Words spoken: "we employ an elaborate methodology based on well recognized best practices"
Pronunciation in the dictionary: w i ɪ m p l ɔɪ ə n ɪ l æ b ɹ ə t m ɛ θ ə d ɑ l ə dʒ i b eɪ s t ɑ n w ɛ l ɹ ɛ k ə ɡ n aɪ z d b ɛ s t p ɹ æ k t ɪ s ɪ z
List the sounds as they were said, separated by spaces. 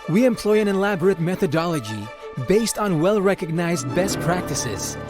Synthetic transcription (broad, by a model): w i ɪ m p l ɔɪ ə n ɪ l æ b ɹ ə t m ɛ θ ə d ɑ l ə dʒ i b eɪ s t n w ɛ l ɹ ɛ k ə ɡ n aɪ z d b ɛ s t p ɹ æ k t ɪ s ɪ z